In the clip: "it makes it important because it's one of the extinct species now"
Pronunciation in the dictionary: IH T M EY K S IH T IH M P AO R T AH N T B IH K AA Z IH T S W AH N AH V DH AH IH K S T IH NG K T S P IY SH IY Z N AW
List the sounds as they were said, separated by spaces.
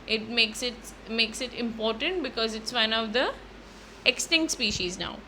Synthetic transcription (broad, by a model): IH T M EY K S IH T IH M P AO R T AH N T B IH K AA Z IH T S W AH N AH V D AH IH K S T IH NG K T S P IY SH IY Z N AW